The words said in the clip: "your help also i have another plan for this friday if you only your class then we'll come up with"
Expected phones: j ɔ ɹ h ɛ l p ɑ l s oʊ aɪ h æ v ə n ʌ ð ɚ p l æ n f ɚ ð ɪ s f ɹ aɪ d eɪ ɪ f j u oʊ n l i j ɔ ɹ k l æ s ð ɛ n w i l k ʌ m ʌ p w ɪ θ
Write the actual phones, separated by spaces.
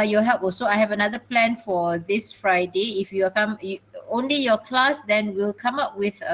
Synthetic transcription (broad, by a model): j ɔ h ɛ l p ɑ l s oʊ aɪ h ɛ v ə n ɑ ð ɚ p l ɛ n f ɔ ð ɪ s f ɹ aɪ d eɪ ɪ f j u oʊ n l i j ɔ k l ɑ s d ɛ n w i l k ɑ m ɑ p w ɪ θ